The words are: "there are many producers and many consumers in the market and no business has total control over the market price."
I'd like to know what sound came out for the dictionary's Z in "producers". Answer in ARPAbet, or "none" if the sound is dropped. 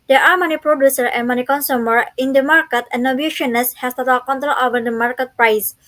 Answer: none